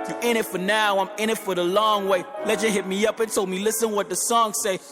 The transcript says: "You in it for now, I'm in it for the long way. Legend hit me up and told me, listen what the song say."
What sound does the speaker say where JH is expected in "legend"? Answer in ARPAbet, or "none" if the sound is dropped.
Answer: CH